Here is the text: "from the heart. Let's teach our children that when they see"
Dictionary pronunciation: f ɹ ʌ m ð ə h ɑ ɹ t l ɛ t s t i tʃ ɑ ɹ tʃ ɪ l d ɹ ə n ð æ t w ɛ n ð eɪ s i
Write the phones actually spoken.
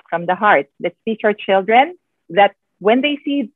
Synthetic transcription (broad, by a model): f ɹ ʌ m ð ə h ɑ ɹ t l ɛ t s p i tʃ ɑ ɹ tʃ ɪ l d ɹ ə n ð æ t w ɛ n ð eɪ s i